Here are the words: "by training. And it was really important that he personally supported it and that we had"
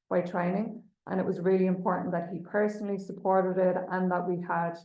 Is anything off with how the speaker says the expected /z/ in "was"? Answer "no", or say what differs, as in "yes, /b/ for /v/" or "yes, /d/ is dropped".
no